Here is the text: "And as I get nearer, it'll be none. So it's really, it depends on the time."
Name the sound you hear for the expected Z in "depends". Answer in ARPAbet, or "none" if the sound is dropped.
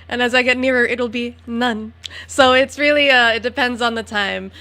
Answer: Z